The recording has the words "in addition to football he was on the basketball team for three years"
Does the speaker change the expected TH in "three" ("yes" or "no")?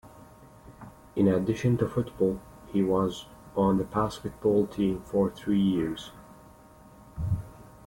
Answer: no